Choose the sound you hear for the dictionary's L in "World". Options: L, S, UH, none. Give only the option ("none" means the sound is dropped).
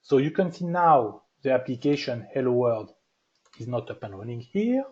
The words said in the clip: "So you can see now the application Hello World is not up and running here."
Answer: none